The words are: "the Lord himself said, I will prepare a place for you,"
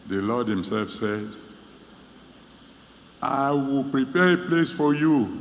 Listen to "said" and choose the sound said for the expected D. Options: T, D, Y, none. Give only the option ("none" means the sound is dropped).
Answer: D